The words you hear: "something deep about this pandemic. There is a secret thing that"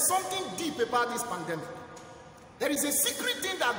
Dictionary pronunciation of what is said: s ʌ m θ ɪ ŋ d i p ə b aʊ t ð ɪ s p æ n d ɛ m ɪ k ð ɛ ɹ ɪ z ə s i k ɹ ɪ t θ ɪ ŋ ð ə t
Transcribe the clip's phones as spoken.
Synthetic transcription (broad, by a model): s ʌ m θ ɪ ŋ d i p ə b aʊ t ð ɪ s p æ n d ɛ m ɪ k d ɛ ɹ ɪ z ə s i k ɹ ɪ t t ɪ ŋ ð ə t